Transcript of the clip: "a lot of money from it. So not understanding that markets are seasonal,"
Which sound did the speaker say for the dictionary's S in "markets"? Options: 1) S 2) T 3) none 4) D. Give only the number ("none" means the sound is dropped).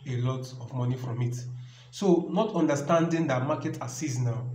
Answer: 3